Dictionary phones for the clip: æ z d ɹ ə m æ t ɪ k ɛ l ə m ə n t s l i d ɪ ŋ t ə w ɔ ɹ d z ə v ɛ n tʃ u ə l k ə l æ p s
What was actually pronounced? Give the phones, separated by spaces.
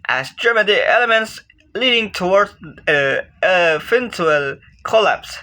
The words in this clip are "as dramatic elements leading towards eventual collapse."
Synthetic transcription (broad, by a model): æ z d ɹ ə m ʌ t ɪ ɛ l ə m ə n t s l i d ɪ ŋ t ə w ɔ ɹ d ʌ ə f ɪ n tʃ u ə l k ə l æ p s